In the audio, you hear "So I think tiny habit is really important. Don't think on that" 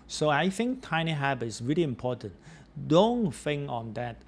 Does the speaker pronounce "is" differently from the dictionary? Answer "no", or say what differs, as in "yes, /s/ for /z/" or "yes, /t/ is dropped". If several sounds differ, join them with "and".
yes, /s/ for /z/